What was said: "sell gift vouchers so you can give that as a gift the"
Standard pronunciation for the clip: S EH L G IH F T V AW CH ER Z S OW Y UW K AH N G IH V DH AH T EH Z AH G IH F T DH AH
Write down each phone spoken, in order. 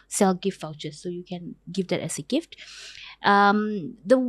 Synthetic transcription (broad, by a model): S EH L G IH F T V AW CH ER S OW Y UW K AH N G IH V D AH T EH S AH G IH F T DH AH